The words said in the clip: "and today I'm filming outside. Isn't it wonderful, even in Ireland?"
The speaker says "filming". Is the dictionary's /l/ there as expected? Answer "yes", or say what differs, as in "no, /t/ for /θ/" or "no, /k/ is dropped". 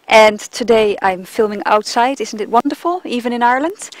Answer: yes